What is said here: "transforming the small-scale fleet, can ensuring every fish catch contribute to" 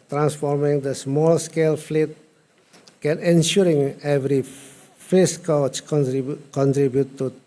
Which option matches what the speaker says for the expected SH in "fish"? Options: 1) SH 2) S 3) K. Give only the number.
2